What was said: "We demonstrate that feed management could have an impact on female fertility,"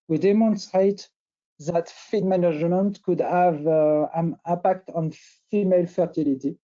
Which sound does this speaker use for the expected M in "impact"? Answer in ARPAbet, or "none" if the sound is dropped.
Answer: none